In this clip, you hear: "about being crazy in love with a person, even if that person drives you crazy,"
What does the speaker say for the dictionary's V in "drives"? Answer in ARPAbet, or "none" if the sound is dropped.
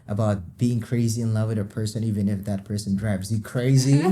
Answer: B